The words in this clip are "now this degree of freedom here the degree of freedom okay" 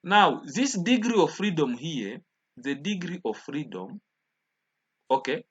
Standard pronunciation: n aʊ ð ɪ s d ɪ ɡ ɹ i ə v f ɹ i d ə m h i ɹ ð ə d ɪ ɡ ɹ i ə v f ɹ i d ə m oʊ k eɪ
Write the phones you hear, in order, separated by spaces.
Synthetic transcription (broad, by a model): n aʊ ð ɪ s d ɪ ɡ ɹ i ə v f ɹ i d ə m h i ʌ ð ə d ɪ ɡ ɹ i ə v f ɹ i d ə m oʊ k eɪ